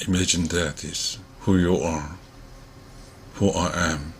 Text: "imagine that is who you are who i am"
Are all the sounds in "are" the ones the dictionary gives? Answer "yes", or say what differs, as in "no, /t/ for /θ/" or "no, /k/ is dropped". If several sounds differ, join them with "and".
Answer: yes